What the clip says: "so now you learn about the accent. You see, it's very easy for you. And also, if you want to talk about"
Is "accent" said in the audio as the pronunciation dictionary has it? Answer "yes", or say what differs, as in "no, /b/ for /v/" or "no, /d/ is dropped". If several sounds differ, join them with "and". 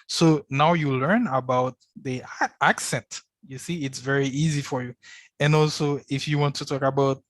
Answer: yes